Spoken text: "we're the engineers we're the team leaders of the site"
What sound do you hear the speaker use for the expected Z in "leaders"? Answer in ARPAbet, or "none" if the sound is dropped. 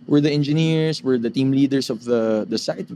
S